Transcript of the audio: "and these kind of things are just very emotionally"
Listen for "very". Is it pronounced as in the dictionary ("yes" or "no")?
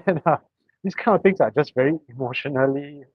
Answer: yes